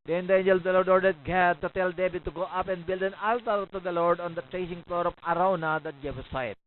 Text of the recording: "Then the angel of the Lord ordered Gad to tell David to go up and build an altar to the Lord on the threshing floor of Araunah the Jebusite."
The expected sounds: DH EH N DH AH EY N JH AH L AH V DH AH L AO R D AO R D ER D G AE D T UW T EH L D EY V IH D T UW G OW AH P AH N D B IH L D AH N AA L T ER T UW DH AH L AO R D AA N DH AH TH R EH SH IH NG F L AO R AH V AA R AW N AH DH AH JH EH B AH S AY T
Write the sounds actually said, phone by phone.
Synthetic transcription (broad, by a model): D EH N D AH EY N JH AH L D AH L AO R D AO R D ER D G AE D T UW T EH L D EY B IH T UW G OW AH P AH N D B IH L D AH N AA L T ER T UW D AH L AO R D AA N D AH T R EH S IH NG F L AO R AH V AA R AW N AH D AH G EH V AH S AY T